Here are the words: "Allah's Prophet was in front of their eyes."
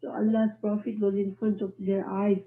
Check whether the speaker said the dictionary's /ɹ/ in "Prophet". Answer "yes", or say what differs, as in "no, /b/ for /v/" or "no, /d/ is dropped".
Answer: yes